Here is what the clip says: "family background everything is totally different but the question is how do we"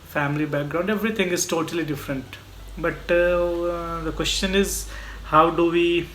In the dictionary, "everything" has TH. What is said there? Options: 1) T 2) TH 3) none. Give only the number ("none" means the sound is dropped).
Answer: 1